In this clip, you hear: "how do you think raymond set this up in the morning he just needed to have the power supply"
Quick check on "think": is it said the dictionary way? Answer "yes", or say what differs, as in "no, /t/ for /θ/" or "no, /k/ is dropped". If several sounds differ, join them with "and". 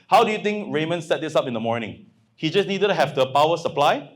no, /t/ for /θ/